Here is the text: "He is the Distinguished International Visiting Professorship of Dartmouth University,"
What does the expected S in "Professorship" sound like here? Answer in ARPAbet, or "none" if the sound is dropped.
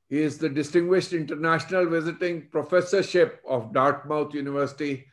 S